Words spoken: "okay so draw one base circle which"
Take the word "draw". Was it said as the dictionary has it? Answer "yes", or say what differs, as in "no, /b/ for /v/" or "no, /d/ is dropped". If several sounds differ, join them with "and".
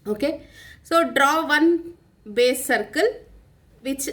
yes